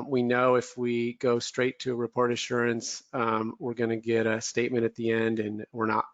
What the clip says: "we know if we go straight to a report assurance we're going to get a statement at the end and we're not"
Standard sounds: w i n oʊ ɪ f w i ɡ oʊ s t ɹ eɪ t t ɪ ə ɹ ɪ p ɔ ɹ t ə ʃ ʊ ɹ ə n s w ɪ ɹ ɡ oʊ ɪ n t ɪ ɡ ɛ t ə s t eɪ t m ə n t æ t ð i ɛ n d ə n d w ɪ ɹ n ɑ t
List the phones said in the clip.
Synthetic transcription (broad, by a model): w i n oʊ ɪ f w i ɡ oʊ s t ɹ eɪ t t ɪ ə ɹ ɪ p ɔ ɹ t ə ʃ ʊ ɹ ə n s w ɪ ɹ ɡ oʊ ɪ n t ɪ ɡ ɛ t ə s t eɪ t m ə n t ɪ t ð i ɛ n d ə n w ɪ ɹ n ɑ t